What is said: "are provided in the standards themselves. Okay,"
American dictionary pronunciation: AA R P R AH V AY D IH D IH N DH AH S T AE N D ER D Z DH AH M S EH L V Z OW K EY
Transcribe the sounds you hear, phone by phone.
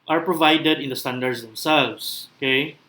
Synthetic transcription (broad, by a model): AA R P R AH V AY D IH D IH N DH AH S T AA N D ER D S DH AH M S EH L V S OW K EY